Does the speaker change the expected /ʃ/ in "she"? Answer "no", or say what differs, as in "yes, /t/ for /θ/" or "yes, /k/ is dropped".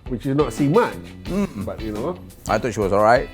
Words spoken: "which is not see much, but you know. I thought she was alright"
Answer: no